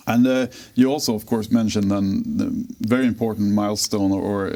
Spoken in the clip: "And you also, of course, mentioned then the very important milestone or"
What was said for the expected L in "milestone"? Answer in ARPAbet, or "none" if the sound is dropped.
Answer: L